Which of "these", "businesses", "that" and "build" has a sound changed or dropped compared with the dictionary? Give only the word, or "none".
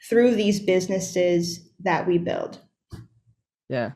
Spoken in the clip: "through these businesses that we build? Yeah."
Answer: none